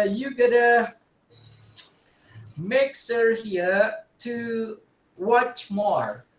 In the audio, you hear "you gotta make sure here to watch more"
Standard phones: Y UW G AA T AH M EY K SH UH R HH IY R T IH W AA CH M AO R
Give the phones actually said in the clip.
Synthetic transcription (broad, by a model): Y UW G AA T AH M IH K S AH R HH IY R T IH W AA CH M AO R